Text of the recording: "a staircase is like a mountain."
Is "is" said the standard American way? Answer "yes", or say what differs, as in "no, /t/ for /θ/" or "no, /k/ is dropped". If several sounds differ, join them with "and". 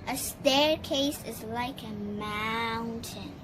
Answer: yes